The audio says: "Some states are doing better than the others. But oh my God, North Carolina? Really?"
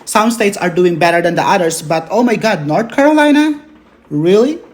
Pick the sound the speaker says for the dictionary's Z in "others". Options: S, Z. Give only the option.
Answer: S